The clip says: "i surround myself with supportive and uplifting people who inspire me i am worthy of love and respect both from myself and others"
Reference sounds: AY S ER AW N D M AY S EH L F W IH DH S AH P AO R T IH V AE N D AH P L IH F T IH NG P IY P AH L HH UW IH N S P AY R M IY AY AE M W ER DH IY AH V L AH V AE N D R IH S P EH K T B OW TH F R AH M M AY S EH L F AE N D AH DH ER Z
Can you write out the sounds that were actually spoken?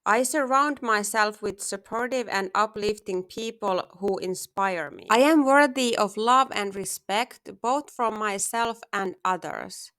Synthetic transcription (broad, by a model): AY S ER AW N D M AY S EH L F W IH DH S AH P AO R T IH V AE N D AH P L IH F T IH NG P IY P AH L HH UW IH N S P AY R M IY AY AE M W ER DH IY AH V L AH V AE N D R IH S P EH K T B OW TH F R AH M M AY S EH L F AE N D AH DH ER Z